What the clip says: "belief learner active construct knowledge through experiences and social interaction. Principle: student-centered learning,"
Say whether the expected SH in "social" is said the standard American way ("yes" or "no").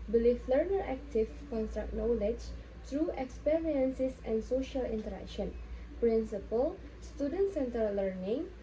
yes